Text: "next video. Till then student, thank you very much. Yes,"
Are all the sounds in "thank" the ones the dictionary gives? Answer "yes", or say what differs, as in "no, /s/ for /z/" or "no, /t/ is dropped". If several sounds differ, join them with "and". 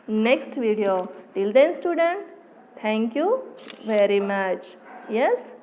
no, /t/ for /θ/